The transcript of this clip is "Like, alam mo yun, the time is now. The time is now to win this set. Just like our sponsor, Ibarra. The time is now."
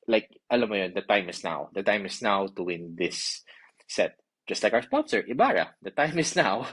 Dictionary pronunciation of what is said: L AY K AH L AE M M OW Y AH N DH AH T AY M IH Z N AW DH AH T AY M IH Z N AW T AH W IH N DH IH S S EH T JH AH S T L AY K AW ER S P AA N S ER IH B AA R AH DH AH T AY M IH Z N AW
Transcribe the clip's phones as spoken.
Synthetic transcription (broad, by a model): L AY K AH L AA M M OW Y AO N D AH T AY M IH S N AW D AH T AY M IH S N AW T AH W IH N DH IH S S EH T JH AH S T L AY K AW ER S P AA N S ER IH B AA R AH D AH T AY M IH S N AW